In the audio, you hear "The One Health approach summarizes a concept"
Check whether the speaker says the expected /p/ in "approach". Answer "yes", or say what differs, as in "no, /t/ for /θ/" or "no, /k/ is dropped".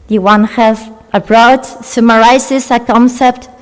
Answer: no, /b/ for /p/